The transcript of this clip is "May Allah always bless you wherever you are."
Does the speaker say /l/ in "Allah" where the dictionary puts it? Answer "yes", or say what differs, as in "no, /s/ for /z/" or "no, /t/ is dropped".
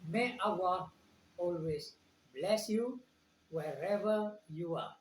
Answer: no, /w/ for /l/